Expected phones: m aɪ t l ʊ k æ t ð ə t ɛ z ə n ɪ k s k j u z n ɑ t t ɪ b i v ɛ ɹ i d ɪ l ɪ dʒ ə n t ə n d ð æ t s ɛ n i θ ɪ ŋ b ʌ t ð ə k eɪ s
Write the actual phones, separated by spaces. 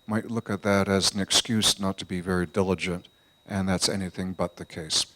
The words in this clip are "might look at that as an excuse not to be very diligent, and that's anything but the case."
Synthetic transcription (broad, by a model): m aɪ t l ʊ k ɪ t ð ə t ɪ z n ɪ k s k j u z n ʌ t t ɪ b i v ɛ ɹ i d ɪ l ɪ dʒ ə n t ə n ð æ t s ɛ n i θ ɪ ŋ b ʌ t ð ə k eɪ s